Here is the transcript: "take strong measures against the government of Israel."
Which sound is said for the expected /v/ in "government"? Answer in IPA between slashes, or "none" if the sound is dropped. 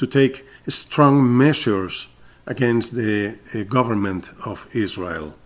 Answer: /v/